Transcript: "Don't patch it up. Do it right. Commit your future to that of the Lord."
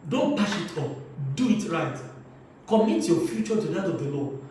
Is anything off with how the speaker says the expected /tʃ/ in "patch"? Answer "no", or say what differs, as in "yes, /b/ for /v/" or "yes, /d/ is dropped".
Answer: yes, /ʃ/ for /tʃ/